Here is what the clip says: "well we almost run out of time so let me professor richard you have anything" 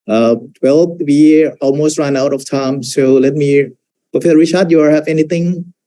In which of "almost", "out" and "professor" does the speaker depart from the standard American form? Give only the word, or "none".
professor